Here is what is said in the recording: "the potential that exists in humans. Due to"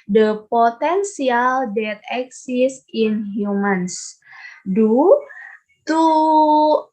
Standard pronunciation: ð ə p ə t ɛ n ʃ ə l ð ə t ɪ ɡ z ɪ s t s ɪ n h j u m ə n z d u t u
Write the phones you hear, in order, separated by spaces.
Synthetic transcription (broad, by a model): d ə p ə t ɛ n s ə l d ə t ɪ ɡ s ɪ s s ɪ n h j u m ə n s d u t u